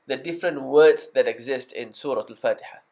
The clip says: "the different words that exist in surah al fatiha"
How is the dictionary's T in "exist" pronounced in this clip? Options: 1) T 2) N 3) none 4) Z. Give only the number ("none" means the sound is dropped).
1